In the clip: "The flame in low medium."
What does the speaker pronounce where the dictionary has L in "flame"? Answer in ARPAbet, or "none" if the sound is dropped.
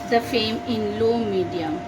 none